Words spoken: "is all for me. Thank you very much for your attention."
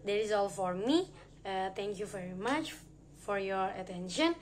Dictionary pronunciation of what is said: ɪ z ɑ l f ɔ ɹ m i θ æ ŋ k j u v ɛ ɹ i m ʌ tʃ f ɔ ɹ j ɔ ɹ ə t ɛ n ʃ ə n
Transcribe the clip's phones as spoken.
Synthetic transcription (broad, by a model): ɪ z ɑ l f ɔ ɹ m i t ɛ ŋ k j u v ɛ ɹ i m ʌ tʃ f ɔ ɹ j ɔ ɹ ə t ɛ n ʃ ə n